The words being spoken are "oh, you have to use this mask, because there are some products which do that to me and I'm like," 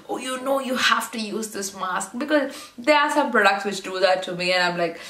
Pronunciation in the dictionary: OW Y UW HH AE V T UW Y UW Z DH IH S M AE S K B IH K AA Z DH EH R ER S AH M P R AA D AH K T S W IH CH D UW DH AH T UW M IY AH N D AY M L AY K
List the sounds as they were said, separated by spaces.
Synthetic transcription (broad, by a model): OW Y UW HH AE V T UW Y UW Z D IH S M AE S K B IH K AA Z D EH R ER S AH M P R AA D AH K T S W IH CH D UW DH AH T UW M IY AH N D AY M L AY K